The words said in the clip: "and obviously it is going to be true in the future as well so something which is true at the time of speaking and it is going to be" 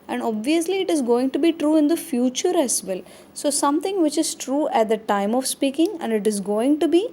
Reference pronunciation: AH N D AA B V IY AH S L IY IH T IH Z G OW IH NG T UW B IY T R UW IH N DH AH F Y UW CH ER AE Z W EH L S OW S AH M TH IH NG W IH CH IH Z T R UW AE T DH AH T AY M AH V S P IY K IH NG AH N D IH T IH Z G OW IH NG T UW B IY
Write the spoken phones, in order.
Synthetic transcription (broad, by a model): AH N D AA B V IY AH S L IY IH T IH Z G OW IH NG T UW B IY T R UW IH N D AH F Y UW CH ER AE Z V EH L S OW S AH M T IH NG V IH CH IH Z T R UW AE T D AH T AY M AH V S P IY K IH NG AH N D IH T IH Z G OW IH NG T UW B IY